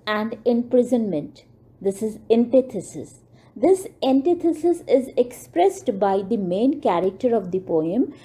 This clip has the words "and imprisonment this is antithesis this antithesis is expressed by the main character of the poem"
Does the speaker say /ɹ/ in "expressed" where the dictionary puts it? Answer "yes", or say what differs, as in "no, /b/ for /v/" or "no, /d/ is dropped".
yes